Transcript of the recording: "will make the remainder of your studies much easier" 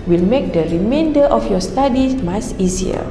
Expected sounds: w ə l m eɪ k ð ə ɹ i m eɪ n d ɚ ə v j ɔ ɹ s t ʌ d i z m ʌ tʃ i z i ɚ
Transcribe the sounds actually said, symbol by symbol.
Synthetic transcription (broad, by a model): w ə l m eɪ k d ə ɹ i m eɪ n d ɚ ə f j ɔ s t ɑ d i m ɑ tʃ i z i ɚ